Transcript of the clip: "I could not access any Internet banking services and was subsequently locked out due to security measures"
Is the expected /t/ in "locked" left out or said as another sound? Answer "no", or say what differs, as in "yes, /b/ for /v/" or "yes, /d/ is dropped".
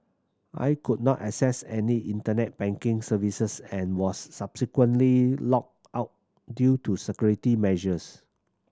yes, /t/ is dropped